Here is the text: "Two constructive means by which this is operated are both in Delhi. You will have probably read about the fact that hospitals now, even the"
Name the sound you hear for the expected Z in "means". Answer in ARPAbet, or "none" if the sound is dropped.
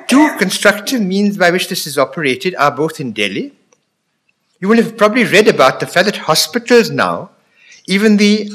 Z